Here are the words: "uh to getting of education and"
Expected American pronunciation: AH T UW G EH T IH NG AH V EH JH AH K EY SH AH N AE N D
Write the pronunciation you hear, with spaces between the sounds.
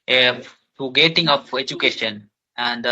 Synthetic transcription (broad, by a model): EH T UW G EH T IH NG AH P EH JH AH K EY SH AH N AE N D